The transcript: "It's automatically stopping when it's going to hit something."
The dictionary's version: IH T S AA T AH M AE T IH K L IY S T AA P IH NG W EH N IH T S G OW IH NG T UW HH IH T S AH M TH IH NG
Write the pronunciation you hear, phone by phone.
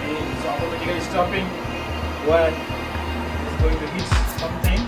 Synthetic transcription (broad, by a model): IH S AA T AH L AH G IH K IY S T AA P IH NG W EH IH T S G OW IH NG T UW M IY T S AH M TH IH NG